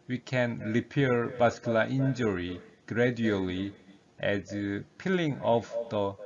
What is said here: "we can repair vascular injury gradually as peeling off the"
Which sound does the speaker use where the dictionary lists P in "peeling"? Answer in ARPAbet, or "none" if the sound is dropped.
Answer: P